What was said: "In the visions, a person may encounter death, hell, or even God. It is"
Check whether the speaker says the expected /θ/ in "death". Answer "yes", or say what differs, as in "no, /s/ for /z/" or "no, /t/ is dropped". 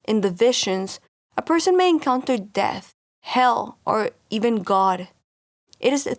yes